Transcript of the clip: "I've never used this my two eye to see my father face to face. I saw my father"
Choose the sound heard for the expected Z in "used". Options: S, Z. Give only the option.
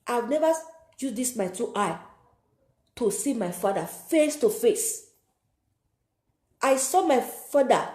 S